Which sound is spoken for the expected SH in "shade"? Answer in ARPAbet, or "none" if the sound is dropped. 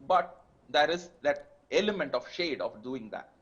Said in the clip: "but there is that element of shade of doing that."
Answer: SH